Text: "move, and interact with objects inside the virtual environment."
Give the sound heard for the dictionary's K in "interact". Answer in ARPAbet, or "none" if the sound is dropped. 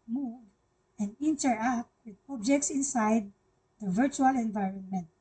none